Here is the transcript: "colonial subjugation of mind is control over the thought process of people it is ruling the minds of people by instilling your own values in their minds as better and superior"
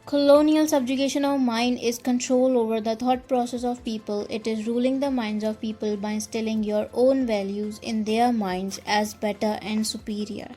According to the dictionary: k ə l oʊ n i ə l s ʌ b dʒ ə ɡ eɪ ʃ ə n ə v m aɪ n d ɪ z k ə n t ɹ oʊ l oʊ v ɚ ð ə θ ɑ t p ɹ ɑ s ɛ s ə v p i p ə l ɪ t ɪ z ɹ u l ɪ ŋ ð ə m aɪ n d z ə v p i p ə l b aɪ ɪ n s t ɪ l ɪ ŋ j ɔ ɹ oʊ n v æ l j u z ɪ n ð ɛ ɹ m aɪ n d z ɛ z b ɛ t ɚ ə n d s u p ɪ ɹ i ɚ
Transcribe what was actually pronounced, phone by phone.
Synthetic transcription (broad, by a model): k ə l oʊ n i ə l s ʌ b dʒ ə ɡ eɪ ʃ ə n ə v m aɪ n d ɪ z k ə n t ɹ oʊ l oʊ v ɚ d ə t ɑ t p ɹ ɑ s ɛ s ə v p i p ə l ɪ t ɪ z ɹ u l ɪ ŋ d ə m aɪ n d z ə v p i p ə l b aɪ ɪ s t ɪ l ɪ ŋ j ɔ ɹ oʊ n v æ l j u z ɪ n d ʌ ɹ m aɪ n d z ɛ z b ɛ t ɚ ə n d s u p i ɹ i ɚ